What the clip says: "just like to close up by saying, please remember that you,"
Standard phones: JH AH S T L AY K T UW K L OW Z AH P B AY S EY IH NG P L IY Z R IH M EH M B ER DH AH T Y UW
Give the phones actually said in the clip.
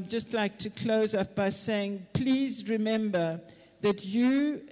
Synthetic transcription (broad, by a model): JH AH S T L AY K T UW K L OW Z AH P B AY S EY IH NG P L IY Z R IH M EH M B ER DH AH T Y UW